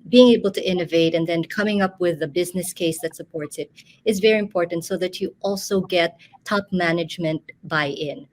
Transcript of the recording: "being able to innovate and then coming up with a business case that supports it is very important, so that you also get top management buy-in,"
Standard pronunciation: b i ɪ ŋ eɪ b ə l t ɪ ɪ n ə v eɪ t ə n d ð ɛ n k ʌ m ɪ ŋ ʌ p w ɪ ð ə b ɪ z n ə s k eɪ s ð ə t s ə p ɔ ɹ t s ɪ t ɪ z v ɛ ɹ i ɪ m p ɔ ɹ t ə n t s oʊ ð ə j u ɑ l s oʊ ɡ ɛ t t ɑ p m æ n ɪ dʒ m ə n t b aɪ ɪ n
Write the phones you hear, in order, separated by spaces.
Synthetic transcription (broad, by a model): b i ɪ ŋ eɪ b l t ɪ ɪ n ə v eɪ t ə n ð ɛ n k ʌ m ɪ ŋ ʌ p w ɪ ð ə b ɪ z n ə s k eɪ s ð ə t s ə p ɔ ɹ t s ɪ t ɪ z v ɛ ɹ i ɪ m p ɔ ɹ t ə n t s oʊ ð ə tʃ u ɑ l s oʊ ɡ ɛ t t ɑ p m æ n ɪ dʒ m ə n t b aɪ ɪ n